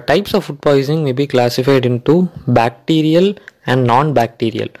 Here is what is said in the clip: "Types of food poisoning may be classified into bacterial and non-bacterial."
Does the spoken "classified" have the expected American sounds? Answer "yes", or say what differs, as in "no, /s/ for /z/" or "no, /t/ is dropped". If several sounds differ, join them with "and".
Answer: yes